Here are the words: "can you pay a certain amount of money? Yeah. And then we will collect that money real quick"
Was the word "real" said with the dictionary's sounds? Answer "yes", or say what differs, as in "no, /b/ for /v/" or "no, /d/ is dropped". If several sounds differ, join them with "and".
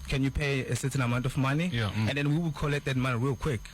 yes